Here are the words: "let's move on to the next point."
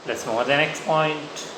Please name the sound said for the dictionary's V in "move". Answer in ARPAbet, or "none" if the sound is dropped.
none